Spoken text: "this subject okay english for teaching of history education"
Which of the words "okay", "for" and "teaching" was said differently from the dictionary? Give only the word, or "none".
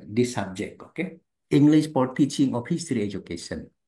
for